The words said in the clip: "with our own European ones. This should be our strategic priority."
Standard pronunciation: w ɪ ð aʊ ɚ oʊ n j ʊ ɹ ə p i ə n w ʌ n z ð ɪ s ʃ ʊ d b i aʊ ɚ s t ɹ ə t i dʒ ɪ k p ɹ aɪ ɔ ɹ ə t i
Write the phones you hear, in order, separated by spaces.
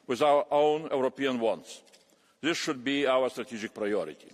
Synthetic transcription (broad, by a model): w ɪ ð aʊ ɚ oʊ n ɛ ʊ ɹ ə p i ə n w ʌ n s ð ɪ s ʃ ʊ d b i aʊ ɚ s t ɹ ə t i dʒ ɪ k p ɹ aɪ ɔ ɹ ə t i